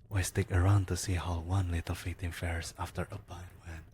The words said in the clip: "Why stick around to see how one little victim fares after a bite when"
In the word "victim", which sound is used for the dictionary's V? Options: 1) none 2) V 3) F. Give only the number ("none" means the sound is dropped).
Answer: 3